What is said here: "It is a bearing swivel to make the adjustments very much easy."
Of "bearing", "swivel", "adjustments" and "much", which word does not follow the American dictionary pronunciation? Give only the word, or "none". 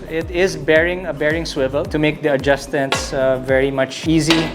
none